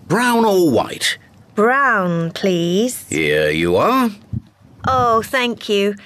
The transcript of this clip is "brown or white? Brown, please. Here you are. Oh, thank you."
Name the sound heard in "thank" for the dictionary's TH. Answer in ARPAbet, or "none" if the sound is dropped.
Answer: TH